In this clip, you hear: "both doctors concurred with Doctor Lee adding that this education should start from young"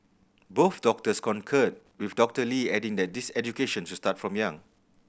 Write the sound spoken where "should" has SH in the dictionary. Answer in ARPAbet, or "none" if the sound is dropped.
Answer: S